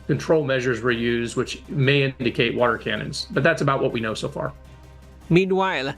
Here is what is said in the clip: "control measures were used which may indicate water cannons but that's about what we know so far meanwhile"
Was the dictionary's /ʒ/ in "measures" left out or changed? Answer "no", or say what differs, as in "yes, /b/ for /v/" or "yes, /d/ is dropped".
no